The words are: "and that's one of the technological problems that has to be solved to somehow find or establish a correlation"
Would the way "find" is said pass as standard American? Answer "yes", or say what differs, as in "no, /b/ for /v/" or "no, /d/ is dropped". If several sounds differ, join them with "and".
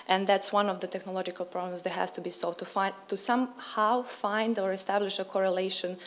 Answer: yes